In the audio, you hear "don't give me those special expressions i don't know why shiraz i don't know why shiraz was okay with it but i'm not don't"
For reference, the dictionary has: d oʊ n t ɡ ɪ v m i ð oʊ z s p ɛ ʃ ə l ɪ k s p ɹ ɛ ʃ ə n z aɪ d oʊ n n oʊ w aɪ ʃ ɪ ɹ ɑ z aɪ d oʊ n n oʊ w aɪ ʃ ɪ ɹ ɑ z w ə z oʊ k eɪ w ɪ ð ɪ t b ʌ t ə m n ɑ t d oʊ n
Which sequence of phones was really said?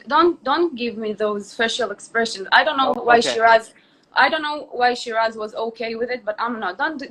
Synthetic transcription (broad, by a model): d oʊ n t ɡ ɪ v m i ð oʊ z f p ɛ ʃ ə l ɪ k s p ɹ ɛ ʃ ə n z aɪ d oʊ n n oʊ w aɪ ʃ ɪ ɹ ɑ z aɪ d oʊ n n oʊ w aɪ ʃ ɪ ɹ ɑ z w ə z oʊ k eɪ w ɪ ð ɪ t b ʌ t ə m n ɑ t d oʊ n